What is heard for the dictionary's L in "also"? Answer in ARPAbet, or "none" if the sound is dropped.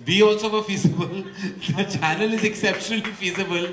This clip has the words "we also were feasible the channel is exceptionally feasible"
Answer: none